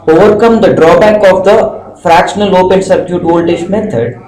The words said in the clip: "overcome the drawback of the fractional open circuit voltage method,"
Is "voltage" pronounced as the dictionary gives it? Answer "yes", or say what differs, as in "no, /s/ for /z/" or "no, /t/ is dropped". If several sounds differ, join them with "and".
no, /ʃ/ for /dʒ/